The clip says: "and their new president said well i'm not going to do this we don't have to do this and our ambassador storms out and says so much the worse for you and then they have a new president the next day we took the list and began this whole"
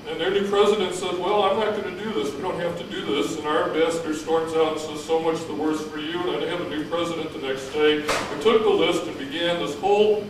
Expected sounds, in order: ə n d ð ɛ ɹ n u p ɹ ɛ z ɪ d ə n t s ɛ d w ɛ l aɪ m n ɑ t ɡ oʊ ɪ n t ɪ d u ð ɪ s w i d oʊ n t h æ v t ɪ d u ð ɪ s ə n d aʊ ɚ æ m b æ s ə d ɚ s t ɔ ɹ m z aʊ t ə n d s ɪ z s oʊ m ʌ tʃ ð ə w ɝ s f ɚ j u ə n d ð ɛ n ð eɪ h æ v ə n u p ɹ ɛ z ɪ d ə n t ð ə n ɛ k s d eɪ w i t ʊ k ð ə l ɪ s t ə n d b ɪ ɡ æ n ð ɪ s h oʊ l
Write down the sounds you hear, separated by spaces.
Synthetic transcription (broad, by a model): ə n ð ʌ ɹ n u p ɹ ɛ z ɪ d ə n t s ɛ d w ɛ l aɪ m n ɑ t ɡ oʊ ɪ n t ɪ d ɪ ð ɪ s w i d oʊ n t h æ f t ɪ d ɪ ð ɪ s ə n aʊ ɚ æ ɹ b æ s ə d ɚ s t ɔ ɹ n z aʊ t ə s ɪ z s oʊ m ʌ tʃ ð ə w ɝ s f ɚ j u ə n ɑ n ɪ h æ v ə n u p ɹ ɛ z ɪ d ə n ð ə n ɛ k s d eɪ w i t ʊ k ð ə l ɪ s t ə n b ɪ ɡ æ n ð ɪ s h oʊ l